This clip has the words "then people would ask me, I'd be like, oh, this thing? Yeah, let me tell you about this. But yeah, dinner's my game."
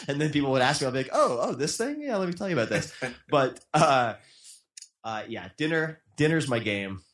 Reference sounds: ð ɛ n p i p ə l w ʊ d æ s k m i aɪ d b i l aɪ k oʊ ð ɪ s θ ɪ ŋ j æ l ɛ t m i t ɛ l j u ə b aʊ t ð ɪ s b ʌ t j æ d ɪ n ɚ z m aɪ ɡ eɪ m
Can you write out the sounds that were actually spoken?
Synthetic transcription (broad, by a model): ð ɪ n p i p l w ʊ d æ s k m i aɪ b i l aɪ k oʊ ð ɪ s θ ɪ ŋ j æ l ɛ t m i t ɛ l j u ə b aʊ t ð ɪ s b ʌ t j æ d ɪ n ɚ z m aɪ ɡ eɪ m